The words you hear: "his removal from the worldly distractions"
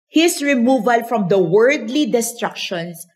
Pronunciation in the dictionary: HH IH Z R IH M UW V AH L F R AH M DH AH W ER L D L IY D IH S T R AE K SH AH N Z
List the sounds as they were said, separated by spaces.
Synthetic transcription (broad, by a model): HH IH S R IH M UW V AH L F R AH M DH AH W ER D L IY D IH S T R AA K SH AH N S